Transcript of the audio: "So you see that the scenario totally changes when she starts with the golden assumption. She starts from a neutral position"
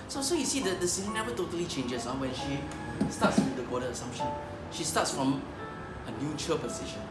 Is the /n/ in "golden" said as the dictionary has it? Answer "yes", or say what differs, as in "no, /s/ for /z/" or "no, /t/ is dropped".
no, /n/ is dropped